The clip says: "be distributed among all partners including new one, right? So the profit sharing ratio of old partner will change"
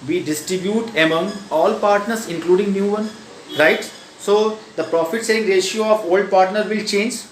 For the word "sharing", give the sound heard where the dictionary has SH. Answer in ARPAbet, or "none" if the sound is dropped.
S